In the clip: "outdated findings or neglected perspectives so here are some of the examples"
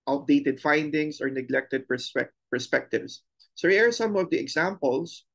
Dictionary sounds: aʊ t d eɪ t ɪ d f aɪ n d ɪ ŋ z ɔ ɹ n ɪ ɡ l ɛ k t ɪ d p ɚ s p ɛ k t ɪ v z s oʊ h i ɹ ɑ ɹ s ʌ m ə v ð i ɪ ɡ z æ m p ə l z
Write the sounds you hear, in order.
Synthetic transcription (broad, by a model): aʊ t d eɪ t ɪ d f aɪ n d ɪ ŋ s ɔ ɹ n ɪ ɡ l ɛ k t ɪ d p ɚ s p ɛ k t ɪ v s oʊ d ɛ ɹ ɑ ɹ s ʌ m ə v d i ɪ ɡ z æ m p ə l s